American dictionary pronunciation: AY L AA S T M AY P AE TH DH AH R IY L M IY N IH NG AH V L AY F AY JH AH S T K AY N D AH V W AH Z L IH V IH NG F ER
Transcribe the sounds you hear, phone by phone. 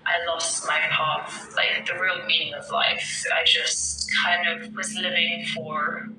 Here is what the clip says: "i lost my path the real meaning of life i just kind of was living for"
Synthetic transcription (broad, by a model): AY L AA S T M AY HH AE F DH AH R IY L M IY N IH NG AH V L AY F AY JH AH S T K AY N D AH V W AH Z L IH V IH NG F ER